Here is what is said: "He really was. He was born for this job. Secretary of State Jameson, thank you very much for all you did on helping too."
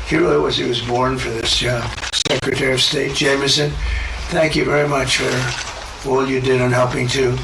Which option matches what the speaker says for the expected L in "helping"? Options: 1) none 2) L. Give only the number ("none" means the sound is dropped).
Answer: 2